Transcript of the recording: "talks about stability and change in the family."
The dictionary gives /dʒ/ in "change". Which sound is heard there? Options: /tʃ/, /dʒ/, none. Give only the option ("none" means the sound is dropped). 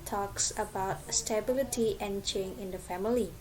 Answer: none